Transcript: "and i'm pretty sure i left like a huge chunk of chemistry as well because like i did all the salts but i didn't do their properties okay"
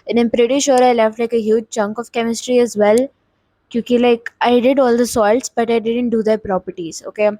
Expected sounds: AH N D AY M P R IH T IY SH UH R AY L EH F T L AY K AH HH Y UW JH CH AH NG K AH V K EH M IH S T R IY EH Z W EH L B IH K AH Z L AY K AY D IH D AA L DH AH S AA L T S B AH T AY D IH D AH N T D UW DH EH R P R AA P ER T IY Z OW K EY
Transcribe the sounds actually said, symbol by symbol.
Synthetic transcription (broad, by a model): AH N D AY M P R IH T IY SH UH R AY L EH F T L AY K AH HH Y UW JH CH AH NG K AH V K EH M IH S T R IY EH Z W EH L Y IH K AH L AY K AY D IH D AA L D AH S AA L T S B AH T AY D IH D AH N T D UW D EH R P R AA P ER T IY Z OW K EY